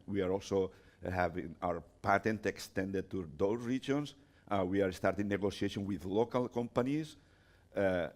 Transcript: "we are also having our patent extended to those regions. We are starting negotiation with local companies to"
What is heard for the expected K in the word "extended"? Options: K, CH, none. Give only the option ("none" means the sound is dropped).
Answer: K